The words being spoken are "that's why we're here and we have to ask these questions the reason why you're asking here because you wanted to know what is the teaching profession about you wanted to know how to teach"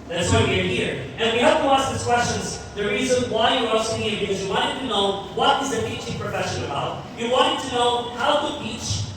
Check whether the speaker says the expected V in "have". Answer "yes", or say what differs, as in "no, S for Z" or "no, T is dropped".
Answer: no, P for V